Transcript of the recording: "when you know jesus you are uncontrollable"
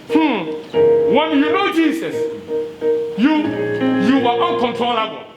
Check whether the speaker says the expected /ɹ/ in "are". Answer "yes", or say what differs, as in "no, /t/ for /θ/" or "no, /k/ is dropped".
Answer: no, /w/ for /ɹ/